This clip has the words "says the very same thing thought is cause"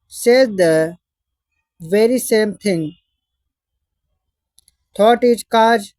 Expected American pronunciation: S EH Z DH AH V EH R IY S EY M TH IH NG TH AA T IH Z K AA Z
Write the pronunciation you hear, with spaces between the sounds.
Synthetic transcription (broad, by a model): S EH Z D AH V EH R IY S EY M T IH NG T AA T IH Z K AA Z